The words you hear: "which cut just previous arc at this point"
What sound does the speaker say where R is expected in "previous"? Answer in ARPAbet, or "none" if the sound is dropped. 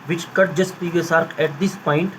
none